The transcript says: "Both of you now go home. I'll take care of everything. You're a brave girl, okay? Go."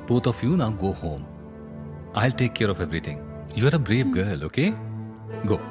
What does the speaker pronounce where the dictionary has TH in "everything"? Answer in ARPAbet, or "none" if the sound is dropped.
T